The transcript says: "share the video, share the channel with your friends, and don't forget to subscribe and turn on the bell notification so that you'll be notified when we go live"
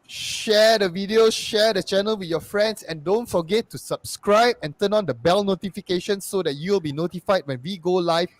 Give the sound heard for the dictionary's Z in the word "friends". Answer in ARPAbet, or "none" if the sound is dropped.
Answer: S